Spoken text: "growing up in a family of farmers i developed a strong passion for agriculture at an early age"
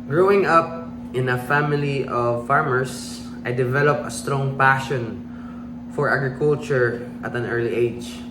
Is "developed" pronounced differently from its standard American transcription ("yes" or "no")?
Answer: yes